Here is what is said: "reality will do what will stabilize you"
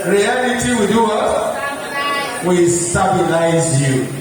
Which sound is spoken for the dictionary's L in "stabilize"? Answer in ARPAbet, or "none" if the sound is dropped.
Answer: N